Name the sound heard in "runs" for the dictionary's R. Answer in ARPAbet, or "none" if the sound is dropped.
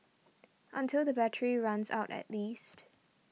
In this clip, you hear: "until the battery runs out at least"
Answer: R